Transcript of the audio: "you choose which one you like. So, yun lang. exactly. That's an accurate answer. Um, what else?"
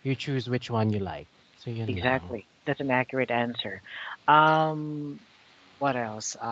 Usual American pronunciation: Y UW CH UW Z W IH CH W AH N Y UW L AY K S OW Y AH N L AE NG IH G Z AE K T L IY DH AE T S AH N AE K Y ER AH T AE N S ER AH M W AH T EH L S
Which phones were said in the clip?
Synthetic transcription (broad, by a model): Y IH CH UW Z W IH CH W AH N Y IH L AY K S OW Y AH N IH G Z AE K T L IY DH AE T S N AE K Y ER AH T AE N S ER AH M W AH T EH L S